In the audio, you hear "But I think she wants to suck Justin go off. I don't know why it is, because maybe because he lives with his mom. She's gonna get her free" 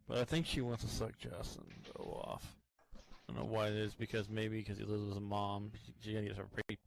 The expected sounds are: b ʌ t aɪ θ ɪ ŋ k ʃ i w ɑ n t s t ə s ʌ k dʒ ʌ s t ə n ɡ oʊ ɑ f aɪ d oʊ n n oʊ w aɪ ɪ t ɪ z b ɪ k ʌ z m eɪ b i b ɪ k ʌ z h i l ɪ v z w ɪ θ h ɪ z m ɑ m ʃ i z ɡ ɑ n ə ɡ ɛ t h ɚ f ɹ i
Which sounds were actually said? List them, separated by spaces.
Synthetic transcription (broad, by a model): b ʌ t aɪ θ ɪ ŋ k ʃ i w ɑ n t t ə s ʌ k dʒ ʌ s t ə n ɡ oʊ ɑ f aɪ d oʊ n n oʊ w aɪ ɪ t ɪ z b ɪ k ʌ z m eɪ i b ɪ k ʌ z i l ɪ z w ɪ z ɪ m ɑ m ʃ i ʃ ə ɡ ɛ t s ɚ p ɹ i